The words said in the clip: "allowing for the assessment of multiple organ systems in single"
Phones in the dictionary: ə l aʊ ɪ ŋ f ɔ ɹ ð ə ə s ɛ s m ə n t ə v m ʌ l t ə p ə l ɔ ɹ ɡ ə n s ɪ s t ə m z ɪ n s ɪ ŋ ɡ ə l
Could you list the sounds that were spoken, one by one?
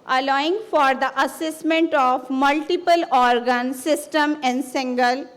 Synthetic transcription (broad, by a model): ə l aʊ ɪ ŋ f ɔ ɹ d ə ə s ɛ s m ə n t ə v m ʌ l t ə p ə l ɔ ɹ ɡ ə n s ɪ s t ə m ɪ n s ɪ ŋ ɡ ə l